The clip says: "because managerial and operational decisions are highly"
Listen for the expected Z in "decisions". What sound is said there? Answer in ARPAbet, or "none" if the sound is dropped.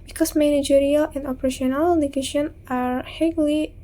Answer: none